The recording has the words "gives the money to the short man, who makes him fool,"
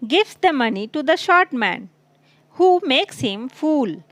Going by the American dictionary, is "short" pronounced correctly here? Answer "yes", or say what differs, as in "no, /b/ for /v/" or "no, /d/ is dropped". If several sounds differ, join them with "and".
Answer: yes